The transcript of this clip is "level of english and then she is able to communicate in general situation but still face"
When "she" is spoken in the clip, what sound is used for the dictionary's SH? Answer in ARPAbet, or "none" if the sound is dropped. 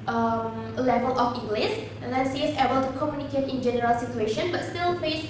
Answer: S